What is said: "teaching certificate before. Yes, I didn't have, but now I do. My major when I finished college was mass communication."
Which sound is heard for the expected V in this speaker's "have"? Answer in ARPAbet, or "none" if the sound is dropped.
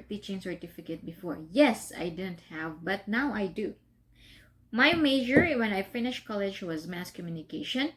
V